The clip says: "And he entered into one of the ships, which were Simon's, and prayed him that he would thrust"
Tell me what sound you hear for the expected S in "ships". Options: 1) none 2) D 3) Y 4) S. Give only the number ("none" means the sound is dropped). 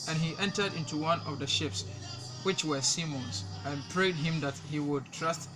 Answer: 4